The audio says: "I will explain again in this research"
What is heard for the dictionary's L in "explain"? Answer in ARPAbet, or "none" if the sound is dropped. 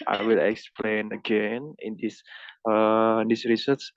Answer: L